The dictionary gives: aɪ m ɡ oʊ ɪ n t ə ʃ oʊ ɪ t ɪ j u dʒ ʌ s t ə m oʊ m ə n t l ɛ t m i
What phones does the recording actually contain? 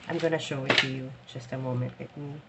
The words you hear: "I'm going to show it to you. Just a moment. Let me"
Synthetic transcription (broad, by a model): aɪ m ɡ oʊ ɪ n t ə ʃ oʊ ɪ t ɪ j u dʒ ʌ s t ə m oʊ m ə n t w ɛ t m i